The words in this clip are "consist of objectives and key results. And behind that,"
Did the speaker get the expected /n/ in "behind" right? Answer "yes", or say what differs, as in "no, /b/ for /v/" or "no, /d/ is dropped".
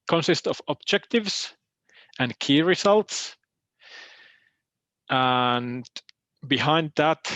yes